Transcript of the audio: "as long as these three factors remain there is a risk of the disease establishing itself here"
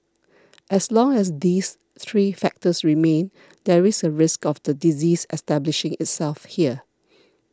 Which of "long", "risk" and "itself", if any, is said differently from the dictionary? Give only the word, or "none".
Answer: none